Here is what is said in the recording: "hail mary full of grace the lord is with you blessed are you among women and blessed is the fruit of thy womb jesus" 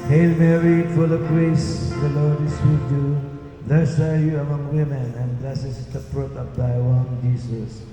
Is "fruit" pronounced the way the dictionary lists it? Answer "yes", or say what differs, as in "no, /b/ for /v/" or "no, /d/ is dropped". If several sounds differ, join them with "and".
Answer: no, /p/ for /f/